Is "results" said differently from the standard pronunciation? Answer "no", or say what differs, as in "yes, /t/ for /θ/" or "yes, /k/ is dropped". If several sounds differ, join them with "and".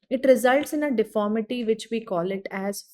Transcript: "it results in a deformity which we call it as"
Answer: no